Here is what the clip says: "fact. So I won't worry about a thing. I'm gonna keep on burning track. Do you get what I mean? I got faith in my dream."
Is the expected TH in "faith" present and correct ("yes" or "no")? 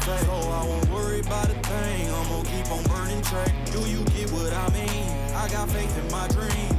no